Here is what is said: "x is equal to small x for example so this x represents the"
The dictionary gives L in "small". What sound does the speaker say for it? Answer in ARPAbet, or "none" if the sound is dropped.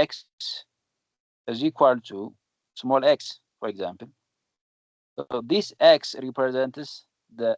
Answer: L